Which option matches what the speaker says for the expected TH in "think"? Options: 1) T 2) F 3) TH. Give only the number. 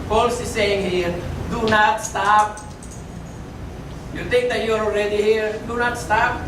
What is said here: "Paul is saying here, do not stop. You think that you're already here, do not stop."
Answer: 1